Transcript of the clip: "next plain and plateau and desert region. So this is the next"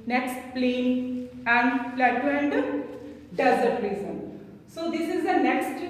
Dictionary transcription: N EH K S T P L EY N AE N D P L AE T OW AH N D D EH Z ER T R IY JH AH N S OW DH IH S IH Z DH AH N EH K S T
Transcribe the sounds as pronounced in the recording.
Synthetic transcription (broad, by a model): N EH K S T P L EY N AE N D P L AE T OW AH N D D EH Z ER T R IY Z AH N S OW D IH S IH Z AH N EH K S T